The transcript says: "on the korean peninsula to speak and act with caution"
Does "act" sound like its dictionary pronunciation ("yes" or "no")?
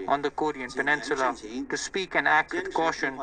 yes